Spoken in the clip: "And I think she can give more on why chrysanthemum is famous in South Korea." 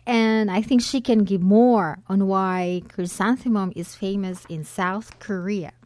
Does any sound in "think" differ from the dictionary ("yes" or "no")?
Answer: no